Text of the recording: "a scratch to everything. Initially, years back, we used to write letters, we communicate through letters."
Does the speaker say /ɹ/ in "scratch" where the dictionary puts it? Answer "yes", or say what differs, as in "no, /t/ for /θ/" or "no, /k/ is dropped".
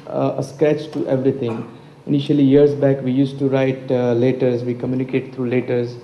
yes